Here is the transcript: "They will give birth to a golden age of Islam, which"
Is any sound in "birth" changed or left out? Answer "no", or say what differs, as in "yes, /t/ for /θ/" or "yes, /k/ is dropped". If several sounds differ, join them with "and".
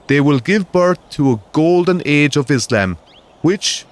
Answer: no